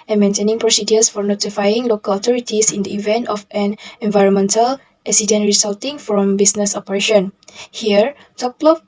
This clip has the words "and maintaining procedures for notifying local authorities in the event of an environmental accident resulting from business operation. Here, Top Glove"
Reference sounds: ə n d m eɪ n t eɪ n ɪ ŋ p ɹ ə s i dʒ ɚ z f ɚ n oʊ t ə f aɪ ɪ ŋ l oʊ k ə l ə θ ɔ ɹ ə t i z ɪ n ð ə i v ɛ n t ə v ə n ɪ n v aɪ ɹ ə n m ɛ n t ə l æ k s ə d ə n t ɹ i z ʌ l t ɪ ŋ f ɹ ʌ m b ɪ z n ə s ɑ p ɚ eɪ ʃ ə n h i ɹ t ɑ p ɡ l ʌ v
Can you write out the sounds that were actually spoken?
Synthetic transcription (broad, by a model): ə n m eɪ n t eɪ n ɪ ŋ p ɹ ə s i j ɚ s f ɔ n oʊ t ə f aɪ ɪ ŋ l oʊ k ə l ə t ɔ ɹ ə t i s ɪ n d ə i v ɛ n t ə f ə n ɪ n v aɪ ɹ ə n m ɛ n t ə l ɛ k s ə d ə n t ɹ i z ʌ l t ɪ ŋ f ɹ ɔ m b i s n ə s ɑ p ɚ eɪ ʃ ə n h i ɹ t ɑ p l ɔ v